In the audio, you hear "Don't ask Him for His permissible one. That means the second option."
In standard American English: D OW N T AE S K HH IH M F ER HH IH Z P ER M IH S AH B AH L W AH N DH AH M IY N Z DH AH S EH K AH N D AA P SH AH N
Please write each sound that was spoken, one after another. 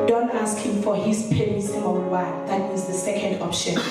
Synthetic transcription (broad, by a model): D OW N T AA S K HH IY M F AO HH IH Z P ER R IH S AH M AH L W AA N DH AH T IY Z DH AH S EH K AH N D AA P SH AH N